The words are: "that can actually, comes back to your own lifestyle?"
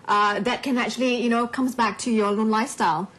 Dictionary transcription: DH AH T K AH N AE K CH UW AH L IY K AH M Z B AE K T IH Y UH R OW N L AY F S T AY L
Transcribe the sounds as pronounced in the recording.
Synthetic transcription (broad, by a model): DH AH T K AH N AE K CH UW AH N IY K AH M Z B AE K T IH Y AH R OW N L AY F S T AY L